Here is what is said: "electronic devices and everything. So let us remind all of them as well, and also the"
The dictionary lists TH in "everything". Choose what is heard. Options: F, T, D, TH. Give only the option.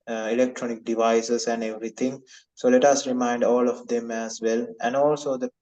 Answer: T